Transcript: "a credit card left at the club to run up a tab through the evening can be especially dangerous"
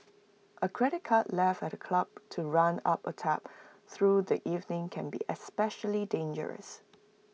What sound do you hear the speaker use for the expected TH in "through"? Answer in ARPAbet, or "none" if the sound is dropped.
TH